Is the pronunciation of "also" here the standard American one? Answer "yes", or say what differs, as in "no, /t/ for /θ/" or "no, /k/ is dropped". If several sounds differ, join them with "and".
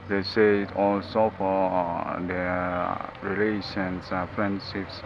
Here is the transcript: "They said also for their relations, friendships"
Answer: yes